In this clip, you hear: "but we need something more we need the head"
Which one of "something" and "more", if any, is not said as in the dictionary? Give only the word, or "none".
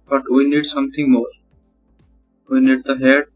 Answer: something